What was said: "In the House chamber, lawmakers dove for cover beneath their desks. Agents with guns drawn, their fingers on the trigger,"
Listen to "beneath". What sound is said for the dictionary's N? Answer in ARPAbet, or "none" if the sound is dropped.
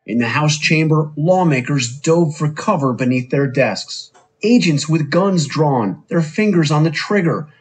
N